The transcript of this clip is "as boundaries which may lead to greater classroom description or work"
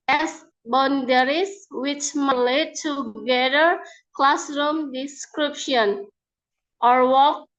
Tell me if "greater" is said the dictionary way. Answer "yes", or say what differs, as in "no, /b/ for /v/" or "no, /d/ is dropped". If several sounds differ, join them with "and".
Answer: no, /ɹ/ is dropped